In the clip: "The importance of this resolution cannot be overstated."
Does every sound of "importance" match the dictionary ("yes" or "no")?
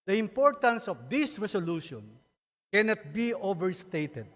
yes